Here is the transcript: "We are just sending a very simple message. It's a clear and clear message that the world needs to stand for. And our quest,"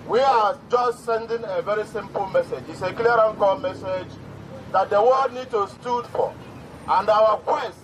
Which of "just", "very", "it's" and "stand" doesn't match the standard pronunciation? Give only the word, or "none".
stand